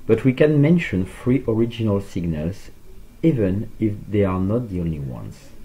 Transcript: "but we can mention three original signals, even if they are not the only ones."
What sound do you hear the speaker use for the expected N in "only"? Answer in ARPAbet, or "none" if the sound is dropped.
N